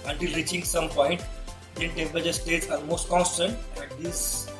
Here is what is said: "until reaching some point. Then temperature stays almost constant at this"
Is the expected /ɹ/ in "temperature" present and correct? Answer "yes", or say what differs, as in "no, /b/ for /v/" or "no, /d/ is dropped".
no, /ɹ/ is dropped